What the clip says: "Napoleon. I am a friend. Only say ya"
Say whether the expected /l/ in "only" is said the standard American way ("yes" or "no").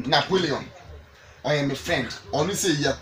no